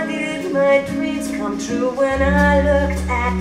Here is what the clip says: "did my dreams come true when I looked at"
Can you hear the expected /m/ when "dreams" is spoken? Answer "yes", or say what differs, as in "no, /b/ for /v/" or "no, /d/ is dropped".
no, /m/ is dropped